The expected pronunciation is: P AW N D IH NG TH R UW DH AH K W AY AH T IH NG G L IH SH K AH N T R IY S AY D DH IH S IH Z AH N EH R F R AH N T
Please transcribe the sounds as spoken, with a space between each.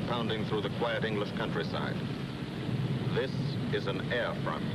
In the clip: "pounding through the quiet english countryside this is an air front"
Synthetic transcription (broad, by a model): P AW N D IH NG TH R UW DH AH K W AY AH T IH NG G L IH SH K AH N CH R IY S AY D DH IH S IH Z AH N EH R F R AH N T